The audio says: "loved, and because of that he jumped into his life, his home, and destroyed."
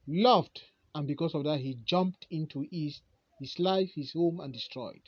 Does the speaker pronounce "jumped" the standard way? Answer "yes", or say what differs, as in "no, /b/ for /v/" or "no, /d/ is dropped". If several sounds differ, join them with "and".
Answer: yes